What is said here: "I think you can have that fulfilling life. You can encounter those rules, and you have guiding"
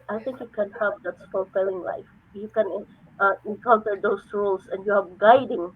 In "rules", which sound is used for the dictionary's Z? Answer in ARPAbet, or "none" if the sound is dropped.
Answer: S